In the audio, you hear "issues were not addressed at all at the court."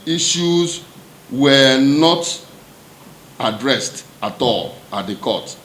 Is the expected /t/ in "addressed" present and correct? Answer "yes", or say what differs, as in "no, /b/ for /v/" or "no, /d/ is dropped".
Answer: yes